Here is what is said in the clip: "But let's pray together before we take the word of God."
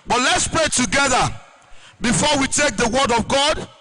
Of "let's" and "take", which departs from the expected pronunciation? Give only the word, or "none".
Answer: none